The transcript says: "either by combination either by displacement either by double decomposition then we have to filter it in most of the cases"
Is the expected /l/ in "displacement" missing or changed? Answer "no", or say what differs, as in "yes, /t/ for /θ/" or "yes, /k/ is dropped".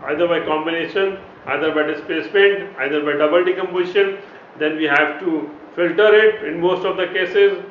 yes, /l/ is dropped